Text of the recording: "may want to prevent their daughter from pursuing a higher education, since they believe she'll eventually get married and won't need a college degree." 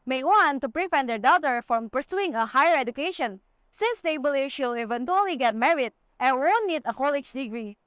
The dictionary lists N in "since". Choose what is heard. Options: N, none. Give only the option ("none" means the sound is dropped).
N